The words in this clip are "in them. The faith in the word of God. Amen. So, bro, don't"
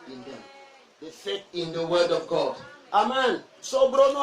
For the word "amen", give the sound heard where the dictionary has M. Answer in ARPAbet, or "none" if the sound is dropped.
M